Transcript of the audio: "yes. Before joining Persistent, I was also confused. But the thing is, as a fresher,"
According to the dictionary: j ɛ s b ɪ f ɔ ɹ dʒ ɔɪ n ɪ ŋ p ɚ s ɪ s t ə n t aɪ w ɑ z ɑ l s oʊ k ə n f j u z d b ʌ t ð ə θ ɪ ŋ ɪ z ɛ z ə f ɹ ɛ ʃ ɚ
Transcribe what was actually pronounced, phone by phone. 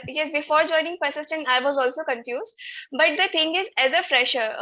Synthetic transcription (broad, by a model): j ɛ s b ɪ f ɔ ɹ dʒ ɔɪ n ɪ ŋ p ɚ s ɪ s t ə n t aɪ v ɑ z ɑ l s oʊ k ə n f j u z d b ʌ t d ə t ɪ ŋ ɪ z ɛ z ə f ɹ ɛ ʃ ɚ